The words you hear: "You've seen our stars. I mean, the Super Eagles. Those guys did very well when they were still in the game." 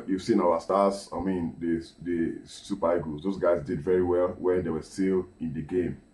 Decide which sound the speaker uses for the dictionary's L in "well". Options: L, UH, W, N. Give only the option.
L